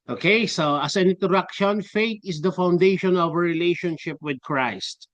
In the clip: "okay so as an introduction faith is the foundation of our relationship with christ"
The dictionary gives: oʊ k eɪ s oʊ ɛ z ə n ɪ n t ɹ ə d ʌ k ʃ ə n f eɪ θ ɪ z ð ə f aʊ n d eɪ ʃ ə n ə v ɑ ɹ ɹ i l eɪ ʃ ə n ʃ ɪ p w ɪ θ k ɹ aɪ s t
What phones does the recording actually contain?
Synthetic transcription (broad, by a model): oʊ k eɪ s oʊ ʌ s ə n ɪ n t ə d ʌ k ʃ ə n f eɪ t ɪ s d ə f aʊ n d eɪ ʃ ə n ə v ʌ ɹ ɹ i l eɪ ʃ ə n ʃ ɪ p w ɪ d k ɹ aɪ s t